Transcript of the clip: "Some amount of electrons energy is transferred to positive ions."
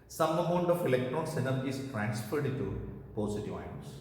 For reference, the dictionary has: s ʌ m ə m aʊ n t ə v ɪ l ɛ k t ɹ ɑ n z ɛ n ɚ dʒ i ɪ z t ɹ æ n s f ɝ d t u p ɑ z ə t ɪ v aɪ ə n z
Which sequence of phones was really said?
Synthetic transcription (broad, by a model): s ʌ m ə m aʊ n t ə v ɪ l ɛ k t ɹ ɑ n s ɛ n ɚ i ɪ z t ɹ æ n s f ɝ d t u p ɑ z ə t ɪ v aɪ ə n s